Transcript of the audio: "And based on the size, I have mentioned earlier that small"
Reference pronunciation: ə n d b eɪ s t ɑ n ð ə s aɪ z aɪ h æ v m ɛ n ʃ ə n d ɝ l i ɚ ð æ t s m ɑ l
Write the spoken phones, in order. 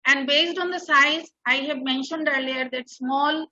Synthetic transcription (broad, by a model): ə n d b eɪ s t ɑ n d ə s aɪ z aɪ h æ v m ɛ n ʃ ə n d ɝ l i ɚ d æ t s m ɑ l